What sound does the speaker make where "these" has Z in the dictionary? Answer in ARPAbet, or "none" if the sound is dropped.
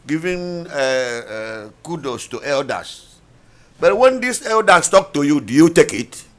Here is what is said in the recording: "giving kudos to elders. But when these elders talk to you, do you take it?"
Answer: S